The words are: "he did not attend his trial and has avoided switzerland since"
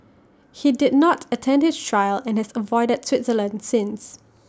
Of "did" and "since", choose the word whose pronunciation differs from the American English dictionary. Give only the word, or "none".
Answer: none